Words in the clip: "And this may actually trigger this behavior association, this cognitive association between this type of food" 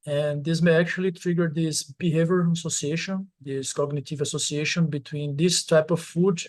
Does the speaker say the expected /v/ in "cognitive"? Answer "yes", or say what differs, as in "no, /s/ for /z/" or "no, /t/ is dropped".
yes